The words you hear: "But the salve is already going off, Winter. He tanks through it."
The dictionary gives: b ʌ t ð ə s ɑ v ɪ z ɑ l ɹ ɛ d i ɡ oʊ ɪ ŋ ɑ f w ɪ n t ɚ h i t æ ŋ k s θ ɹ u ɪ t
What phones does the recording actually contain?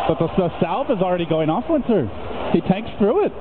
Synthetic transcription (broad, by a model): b ʌ t ð ə s ɑ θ ɪ z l ɹ ɛ d i ɡ oʊ ɪ ŋ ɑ f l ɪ n s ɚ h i t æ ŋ k s θ ɹ u ɪ t